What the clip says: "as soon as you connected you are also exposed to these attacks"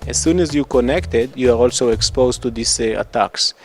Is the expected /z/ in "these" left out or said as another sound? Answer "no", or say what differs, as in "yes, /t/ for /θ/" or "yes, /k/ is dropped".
yes, /s/ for /z/